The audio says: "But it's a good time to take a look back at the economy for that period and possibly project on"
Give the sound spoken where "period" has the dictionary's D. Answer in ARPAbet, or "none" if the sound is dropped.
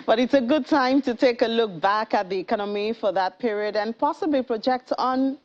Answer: D